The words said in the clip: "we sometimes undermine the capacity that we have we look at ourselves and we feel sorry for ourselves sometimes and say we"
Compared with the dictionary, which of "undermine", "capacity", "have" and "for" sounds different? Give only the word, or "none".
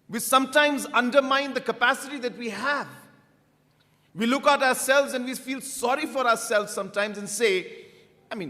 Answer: none